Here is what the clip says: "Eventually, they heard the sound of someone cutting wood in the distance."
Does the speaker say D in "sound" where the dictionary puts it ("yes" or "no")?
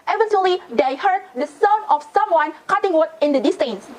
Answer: no